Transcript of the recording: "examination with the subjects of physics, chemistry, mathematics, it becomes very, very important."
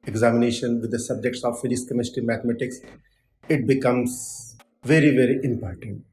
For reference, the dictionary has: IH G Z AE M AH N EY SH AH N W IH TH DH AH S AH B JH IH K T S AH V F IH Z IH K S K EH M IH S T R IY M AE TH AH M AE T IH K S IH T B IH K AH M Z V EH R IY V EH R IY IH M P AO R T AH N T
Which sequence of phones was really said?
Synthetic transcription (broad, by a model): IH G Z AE M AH N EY SH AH N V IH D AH S AH B JH IH K T S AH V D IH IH S K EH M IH S T IY M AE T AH M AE T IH K S IH T B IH K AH M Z V EH R IY V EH R IY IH M P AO R T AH N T